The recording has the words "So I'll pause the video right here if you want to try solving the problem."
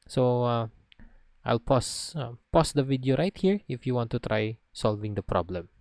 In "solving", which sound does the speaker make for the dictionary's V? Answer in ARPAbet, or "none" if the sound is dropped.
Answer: V